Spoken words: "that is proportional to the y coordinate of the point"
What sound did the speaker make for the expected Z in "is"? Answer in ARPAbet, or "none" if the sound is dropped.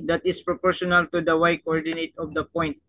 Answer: S